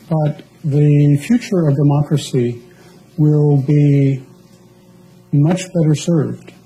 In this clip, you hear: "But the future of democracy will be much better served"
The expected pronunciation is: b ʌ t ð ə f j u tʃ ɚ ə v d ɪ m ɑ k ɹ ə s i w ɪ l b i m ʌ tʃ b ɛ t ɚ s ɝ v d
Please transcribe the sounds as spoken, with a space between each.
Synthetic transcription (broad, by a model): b ʌ t ð ə f j u tʃ ɚ ə v d ɪ m ɑ k ɹ ə s i w ɪ l b i m ʌ tʃ b ɛ t ɚ s ɝ v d